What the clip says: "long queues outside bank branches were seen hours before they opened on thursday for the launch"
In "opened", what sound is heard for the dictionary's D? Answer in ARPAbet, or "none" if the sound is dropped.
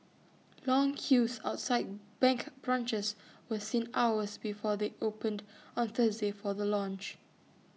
D